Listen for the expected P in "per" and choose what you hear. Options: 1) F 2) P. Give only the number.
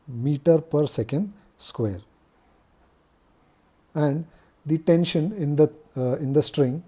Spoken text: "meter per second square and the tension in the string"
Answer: 2